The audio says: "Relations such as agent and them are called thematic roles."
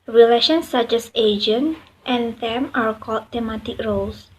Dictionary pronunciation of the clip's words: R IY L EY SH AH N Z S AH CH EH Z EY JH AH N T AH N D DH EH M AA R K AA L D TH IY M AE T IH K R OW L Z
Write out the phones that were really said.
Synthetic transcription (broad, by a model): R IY L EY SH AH N S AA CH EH S EY JH AH N T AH N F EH M AA R K AA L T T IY M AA T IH K R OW L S